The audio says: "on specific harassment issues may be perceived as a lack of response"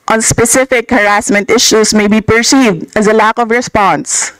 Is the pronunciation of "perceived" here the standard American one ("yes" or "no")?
yes